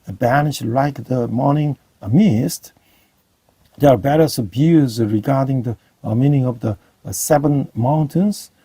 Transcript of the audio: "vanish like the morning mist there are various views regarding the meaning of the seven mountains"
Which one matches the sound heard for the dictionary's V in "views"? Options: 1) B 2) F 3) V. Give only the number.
1